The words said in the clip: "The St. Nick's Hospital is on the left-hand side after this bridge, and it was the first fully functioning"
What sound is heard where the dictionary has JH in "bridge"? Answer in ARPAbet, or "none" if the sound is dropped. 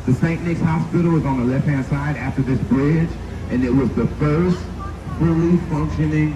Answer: JH